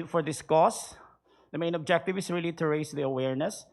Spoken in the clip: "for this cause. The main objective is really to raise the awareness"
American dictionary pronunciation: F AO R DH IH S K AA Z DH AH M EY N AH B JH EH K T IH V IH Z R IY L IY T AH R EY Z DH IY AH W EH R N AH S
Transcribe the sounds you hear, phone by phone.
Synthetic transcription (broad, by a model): F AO R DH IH S K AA S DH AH M EY N AH B JH EH K T IH V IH S R IY L IY T AH R EY S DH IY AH W EH R N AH S